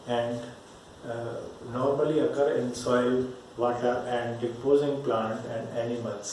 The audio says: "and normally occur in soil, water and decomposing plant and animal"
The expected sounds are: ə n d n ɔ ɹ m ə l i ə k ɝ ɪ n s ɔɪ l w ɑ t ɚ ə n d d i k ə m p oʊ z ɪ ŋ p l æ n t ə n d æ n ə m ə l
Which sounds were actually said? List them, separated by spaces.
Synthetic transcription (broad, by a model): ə n d n ɔ ɹ m ə l i ə k ɝ ɪ n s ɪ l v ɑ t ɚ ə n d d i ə p oʊ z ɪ ŋ p l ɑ n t ə n d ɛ n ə m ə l